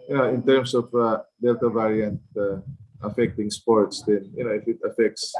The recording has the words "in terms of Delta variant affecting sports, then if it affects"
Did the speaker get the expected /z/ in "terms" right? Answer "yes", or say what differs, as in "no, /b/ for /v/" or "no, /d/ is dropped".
no, /s/ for /z/